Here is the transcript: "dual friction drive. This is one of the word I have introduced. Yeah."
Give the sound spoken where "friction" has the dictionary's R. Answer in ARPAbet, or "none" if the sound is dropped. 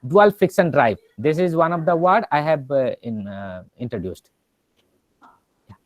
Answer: none